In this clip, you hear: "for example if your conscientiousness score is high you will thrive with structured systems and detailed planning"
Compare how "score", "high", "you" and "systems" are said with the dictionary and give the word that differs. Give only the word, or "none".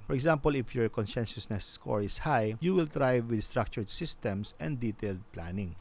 systems